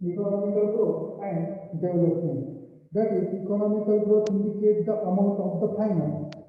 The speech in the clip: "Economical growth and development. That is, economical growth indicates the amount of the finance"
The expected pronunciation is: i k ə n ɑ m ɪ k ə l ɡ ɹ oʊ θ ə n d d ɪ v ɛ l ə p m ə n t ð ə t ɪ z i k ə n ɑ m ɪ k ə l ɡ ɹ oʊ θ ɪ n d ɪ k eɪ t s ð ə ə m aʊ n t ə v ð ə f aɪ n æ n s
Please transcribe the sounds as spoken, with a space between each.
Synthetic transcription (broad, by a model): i k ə n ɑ m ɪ k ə l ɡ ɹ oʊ t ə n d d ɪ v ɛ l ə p ə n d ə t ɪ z i k ə n ɑ m ɪ k ə l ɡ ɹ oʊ t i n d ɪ k eɪ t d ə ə m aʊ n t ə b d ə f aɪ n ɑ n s